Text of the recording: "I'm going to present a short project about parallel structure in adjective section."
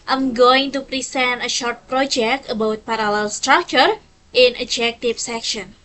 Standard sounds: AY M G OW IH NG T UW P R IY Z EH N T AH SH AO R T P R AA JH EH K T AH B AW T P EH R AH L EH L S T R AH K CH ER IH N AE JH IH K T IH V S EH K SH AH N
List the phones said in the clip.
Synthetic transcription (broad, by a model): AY M G OW IH NG T UW P R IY S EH N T AH SH AO R T P R AA JH EH K T AH B AW T P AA R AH L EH L S T R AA K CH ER IH N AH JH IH K T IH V S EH K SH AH N